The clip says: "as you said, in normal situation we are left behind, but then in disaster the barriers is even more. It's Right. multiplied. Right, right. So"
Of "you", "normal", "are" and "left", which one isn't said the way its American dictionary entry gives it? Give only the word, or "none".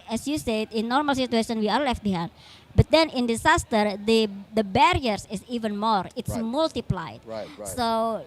are